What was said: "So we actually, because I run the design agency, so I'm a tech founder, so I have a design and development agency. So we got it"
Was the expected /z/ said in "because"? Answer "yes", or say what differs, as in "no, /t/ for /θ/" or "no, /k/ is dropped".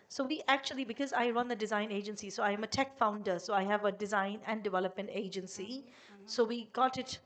yes